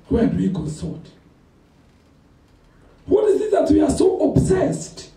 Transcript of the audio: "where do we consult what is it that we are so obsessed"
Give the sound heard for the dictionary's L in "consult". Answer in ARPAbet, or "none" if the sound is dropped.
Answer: none